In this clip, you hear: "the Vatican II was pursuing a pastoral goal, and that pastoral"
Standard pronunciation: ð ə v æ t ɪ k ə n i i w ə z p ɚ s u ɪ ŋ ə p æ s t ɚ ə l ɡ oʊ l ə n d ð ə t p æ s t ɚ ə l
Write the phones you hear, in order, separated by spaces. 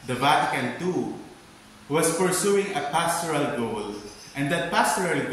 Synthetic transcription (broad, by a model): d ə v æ t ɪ k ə n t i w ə s p ɚ s u ɪ ŋ ə p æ s t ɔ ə l ɡ oʊ l ə n d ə t p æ s t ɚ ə l